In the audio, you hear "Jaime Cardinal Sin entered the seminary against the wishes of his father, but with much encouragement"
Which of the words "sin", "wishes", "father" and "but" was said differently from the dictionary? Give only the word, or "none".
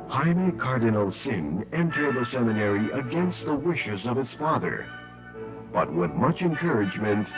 none